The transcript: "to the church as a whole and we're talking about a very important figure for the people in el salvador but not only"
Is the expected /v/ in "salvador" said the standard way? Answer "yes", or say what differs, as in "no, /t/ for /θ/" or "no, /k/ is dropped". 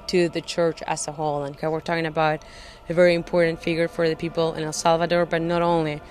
yes